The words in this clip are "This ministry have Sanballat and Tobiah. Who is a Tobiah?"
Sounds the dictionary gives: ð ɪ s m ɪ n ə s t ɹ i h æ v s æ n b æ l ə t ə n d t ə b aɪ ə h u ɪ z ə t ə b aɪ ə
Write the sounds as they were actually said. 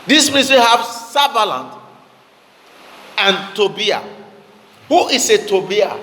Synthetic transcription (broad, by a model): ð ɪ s m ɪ n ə s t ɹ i h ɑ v s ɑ b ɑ l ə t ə n t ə b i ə h u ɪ s ə t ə b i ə